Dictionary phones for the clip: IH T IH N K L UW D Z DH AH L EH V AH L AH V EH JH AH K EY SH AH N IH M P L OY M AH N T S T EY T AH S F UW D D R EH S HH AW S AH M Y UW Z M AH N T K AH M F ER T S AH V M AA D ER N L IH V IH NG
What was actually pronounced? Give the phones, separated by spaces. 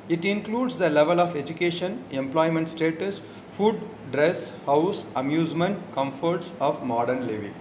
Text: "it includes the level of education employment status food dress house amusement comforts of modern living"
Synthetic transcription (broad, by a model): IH T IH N K L UW D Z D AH L EH V AH L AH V EH JH AH K EY SH AH N IH M P L OY M AH N T S T EY T AH S F UW D D R EH S HH AW S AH M Y UW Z M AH N T K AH M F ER T S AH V M AA D ER N L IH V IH